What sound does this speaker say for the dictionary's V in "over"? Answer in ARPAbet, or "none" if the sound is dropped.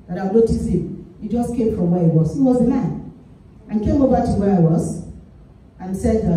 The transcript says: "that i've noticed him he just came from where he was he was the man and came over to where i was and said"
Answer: B